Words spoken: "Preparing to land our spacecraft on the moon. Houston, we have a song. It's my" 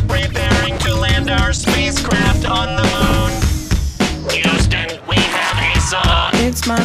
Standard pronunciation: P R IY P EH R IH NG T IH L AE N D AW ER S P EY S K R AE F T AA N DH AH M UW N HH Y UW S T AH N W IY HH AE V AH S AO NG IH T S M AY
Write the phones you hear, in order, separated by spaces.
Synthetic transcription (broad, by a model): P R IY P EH R IH NG T IH L AE N D AW ER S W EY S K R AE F T N DH AH M UW N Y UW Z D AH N W IY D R AH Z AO IH T S M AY